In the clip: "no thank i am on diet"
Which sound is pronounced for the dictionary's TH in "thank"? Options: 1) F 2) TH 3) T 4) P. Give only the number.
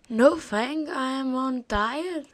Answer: 1